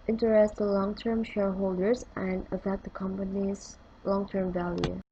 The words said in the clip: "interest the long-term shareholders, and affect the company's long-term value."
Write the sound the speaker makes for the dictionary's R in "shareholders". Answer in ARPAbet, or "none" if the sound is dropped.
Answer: R